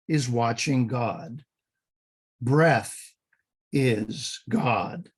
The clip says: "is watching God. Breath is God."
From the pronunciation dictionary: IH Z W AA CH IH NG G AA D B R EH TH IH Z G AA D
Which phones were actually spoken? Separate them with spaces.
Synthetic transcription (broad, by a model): IH Z W AA CH IH NG G AA D B R EH TH IH Z G AA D